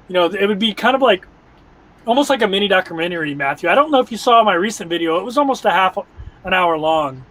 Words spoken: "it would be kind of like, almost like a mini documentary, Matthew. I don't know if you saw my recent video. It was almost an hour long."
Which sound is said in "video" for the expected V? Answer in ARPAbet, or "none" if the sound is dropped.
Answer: V